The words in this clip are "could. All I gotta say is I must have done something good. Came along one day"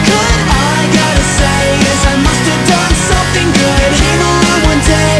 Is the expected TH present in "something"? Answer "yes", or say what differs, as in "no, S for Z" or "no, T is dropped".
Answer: yes